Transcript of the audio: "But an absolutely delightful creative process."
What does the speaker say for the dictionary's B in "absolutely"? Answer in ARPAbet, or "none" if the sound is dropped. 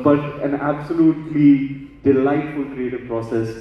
B